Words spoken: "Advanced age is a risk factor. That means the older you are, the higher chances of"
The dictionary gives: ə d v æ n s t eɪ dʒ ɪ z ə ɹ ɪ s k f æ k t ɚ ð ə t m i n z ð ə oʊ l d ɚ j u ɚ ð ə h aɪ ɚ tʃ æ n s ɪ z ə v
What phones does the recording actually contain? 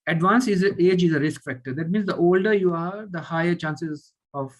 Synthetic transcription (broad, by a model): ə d v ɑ n s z eɪ dʒ ɪ z ə ɹ ɪ s k f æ k t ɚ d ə t m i n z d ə oʊ l d ɚ j u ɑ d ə h aɪ ɚ tʃ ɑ n s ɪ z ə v